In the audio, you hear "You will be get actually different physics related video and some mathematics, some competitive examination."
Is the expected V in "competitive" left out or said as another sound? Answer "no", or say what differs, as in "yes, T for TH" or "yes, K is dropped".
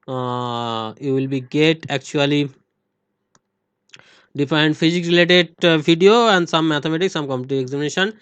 yes, V is dropped